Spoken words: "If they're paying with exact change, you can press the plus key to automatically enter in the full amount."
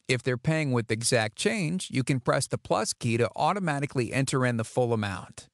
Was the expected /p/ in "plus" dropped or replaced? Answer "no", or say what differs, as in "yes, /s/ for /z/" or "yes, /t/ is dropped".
no